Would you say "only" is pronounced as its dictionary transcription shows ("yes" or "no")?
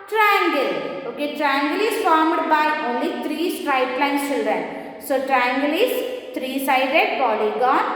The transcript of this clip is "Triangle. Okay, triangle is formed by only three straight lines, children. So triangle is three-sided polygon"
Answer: yes